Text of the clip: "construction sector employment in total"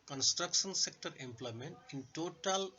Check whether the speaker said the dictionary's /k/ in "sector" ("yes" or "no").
yes